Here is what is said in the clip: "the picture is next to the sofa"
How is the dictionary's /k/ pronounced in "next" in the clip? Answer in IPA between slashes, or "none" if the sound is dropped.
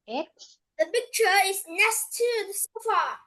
none